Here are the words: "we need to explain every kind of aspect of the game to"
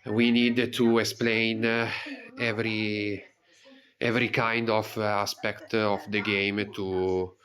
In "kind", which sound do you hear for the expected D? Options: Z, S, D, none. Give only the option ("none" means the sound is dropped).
D